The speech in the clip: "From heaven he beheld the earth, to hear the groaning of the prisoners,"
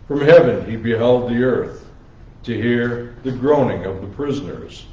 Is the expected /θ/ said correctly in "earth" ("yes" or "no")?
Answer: yes